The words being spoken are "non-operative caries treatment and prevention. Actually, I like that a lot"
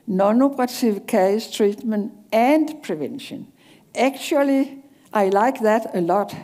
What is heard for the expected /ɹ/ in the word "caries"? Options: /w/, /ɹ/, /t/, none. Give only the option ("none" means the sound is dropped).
none